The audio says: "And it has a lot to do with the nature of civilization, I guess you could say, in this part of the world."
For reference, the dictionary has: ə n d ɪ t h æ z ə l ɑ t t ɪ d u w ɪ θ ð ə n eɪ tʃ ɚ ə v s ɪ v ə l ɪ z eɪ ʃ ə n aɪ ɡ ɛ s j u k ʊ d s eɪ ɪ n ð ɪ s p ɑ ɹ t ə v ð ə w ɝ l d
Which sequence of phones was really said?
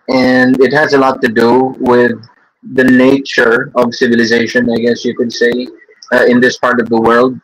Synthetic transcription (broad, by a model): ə n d ɪ t h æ z ə l ɑ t t ɪ d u w ɪ ð ə n eɪ tʃ ɚ ə v s ɪ v ə l ɪ z eɪ ʃ ə n aɪ ɡ ɛ s j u k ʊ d s eɪ ɪ n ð ɪ s p ɑ ɹ t ə v ð ə w ɝ l d